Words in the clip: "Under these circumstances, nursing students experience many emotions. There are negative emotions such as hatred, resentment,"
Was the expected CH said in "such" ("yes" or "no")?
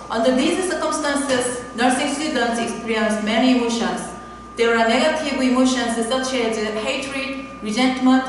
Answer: no